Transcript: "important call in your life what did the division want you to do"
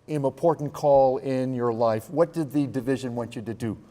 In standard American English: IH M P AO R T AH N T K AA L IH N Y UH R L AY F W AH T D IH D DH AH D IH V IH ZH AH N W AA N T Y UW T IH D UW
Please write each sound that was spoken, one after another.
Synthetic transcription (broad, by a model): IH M P AO R T N K AA L IH N Y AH R L AY F W AH T D IH D DH AH D IH V IH ZH AH N W AA N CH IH T IH D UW